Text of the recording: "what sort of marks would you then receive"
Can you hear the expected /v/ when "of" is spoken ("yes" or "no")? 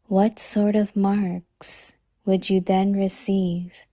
yes